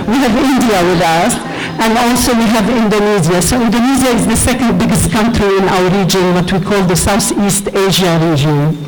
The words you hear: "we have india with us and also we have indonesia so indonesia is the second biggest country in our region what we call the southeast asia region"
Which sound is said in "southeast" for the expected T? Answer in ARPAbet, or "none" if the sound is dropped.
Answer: T